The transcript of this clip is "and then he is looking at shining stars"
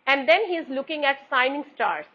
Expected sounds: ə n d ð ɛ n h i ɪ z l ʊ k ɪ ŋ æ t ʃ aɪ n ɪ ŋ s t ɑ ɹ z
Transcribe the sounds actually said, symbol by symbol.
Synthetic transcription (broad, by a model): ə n d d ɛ n h i ɪ z l ʊ k ɪ ŋ æ t s aɪ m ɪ ŋ s t ɑ ɹ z